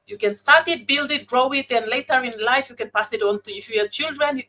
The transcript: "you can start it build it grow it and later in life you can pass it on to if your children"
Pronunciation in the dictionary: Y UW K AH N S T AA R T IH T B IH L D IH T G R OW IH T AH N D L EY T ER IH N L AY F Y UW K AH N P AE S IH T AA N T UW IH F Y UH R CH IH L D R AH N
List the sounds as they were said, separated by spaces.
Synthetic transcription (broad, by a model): Y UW K AH N S T AA R T IH T B IH L D IH T G R OW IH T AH N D L EY T ER IH N L AY F Y UW K AH N P AE S IH T AA N T UW IH F Y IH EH CH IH L D R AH N